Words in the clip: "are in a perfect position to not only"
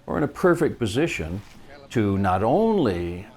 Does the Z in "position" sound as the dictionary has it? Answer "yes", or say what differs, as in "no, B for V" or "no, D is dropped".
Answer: yes